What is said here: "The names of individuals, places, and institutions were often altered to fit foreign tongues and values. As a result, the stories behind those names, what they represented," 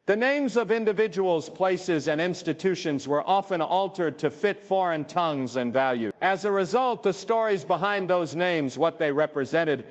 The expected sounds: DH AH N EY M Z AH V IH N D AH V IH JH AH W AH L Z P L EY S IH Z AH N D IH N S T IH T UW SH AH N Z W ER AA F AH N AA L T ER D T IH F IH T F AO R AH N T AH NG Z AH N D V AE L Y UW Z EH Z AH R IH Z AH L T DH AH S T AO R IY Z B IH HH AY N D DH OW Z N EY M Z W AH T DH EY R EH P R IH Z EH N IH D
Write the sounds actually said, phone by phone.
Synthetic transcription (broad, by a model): DH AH N EY M Z AH V IH N D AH V IH JH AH W L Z P L EY S IH Z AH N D IH N S T IH T UW SH AH N Z W ER AA F AH N AA L T ER D T IH F IH T F AO R AH N T AH NG Z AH N V AE L Y UW IH Z AH R IH Z AH L T DH AH S T AO R IY Z B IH HH AY N DH OW Z N EY M Z W AH T DH EY R EH P R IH Z EH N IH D